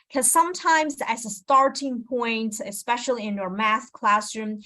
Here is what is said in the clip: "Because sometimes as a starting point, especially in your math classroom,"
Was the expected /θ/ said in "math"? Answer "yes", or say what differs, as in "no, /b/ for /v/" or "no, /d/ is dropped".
no, /s/ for /θ/